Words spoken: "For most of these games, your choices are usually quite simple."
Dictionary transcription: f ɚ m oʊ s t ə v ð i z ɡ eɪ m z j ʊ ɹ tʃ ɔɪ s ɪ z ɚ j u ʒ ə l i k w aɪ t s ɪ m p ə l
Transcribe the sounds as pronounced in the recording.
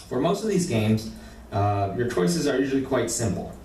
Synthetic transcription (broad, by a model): f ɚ m oʊ s t ə v ð i z ɡ eɪ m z j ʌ ɹ tʃ ɔɪ s ɪ z ɚ j u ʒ l i k w aɪ t s ɪ m p l